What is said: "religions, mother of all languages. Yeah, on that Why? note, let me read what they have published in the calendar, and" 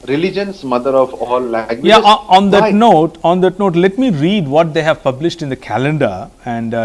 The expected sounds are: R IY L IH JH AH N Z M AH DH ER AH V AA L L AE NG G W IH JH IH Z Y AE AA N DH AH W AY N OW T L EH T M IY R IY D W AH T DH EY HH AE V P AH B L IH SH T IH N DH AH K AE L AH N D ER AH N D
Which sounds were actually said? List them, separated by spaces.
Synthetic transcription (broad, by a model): R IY L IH JH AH N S M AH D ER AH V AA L L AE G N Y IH IH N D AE AA N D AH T N OW T L EH T M IY R IY D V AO T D EY HH AE V P AH B L IH SH T IH N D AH K AE L AH N D ER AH N D